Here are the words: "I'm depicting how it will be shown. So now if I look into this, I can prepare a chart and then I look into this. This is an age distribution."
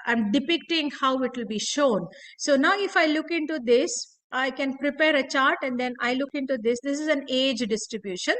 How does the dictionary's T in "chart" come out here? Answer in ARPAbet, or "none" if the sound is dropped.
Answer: T